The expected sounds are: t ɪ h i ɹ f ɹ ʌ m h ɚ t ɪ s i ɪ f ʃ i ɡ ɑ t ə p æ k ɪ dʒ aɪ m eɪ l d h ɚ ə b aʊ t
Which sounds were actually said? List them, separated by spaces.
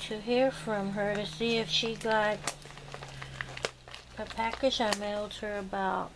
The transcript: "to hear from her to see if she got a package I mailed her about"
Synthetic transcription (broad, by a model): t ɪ h i ɹ f ɹ ʌ m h ɚ t ɪ s i ɪ f ʃ i ɡ ɑ t ə p æ k ɪ dʒ aɪ m eɪ l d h ɚ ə b aʊ t